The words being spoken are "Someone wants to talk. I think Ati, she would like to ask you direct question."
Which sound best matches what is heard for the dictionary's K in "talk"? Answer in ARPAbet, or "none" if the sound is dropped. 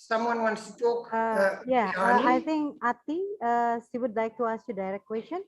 none